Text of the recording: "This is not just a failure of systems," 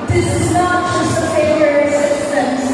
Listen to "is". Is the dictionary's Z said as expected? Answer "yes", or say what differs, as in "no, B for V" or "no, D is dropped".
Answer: yes